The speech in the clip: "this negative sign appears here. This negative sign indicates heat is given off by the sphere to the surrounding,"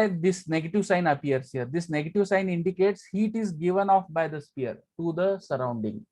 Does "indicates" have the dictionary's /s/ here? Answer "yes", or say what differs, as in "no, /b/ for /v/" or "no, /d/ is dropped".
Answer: yes